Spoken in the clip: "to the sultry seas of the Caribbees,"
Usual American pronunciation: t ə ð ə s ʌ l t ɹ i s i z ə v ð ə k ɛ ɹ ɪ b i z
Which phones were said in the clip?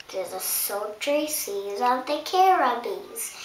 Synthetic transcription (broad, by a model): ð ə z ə s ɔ t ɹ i s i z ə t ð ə k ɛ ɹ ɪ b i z